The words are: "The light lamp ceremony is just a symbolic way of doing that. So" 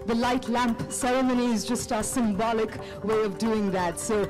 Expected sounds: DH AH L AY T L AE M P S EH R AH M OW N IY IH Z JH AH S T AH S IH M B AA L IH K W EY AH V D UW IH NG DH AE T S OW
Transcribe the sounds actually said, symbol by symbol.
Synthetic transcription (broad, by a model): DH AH L AY T L AE M P S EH R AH M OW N IY IH Z JH AH S T AH S IH M B AA L IH K W EY AH V D UW IH NG DH AE T S OW